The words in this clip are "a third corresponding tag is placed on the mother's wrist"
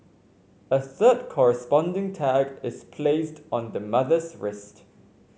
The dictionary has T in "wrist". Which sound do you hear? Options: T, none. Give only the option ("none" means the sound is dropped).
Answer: T